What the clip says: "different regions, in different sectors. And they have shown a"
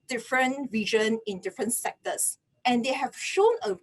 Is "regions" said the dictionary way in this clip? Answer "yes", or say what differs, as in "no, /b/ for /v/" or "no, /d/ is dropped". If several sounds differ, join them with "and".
no, /z/ is dropped